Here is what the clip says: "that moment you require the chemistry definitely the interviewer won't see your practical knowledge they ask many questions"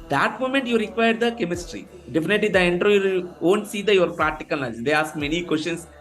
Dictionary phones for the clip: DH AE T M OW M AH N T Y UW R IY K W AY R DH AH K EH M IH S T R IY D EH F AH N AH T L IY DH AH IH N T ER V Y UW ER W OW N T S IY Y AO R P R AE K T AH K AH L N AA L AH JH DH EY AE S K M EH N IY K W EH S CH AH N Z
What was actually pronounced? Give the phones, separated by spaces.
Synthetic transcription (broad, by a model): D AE T M OW M AH N T Y UW R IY K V AY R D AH K EH M IH S T R IY D EH F AH N AH T L IY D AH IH N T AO Y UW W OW N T S IY Y AO R P R AE K T AH K AH L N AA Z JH EY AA S K M EH N IY K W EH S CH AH N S